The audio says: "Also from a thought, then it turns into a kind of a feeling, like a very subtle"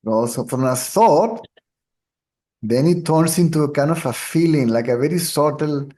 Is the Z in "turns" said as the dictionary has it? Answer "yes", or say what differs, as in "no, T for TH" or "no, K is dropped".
no, S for Z